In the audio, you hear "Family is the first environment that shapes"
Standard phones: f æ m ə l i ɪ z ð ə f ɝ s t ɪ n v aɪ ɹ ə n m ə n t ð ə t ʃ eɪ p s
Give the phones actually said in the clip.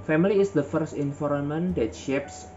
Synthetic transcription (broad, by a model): f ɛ m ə l i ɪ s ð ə f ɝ s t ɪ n f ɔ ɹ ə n m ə n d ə t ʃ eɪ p s